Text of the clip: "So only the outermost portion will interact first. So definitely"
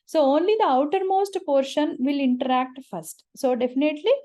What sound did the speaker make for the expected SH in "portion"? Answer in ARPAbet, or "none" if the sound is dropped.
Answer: SH